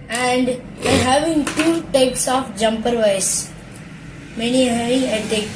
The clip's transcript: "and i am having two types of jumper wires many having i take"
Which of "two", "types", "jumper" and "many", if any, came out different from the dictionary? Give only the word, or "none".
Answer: none